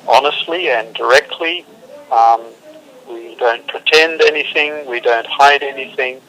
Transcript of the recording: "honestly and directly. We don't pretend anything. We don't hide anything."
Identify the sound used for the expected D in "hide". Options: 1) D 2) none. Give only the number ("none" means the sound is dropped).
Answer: 1